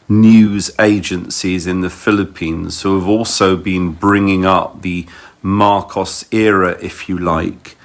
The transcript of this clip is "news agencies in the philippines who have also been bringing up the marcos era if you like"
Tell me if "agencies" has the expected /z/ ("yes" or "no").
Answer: yes